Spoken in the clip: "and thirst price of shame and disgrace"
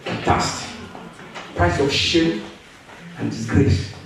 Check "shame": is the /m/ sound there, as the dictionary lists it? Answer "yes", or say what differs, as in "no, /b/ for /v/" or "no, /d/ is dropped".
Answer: no, /m/ is dropped